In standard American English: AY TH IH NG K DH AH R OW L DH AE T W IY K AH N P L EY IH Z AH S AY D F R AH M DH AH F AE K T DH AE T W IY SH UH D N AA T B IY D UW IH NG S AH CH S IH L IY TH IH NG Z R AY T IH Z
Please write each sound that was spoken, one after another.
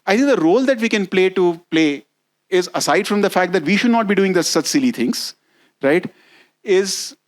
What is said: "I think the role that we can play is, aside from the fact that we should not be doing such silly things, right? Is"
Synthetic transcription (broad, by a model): AY T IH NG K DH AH R OW L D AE T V IY K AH N P L EY IH Z AH S AY D F R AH M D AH F AE K T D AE T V IY SH UH D N AA T B IY D UW IH NG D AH S S IH L IY T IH NG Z R AY T IH Z